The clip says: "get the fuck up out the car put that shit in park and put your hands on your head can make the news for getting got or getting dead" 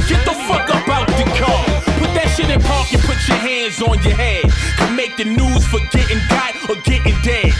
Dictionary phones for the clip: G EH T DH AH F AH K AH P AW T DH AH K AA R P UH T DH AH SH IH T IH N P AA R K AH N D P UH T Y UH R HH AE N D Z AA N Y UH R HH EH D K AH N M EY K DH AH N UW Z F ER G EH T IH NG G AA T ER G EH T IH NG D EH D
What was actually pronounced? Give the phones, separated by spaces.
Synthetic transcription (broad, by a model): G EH T DH AH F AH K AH B AW T DH AH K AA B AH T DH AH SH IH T N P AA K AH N P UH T Y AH R HH AE N D Z N Y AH R HH EH D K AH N M EY K DH AH N UW Z F ER G EH T IH NG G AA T ER G EH T IH NG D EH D